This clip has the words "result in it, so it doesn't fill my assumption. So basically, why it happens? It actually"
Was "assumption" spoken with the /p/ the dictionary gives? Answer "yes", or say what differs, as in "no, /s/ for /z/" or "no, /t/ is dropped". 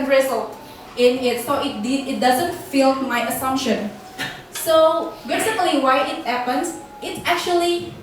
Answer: yes